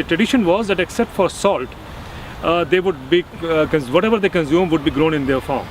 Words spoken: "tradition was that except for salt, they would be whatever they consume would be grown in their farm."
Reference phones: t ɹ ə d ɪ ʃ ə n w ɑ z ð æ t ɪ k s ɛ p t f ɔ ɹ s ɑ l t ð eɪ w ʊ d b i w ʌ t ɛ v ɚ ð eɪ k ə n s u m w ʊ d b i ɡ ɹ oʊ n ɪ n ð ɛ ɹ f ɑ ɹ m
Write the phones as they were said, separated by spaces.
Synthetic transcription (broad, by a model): t ɹ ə d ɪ ʃ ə n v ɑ z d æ t ɪ k s ɛ p t f ɔ ɹ s ɑ l t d eɪ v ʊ d b i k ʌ t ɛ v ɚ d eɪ k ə n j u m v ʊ d b i ɡ ɹ oʊ n ɪ n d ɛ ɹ f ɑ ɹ m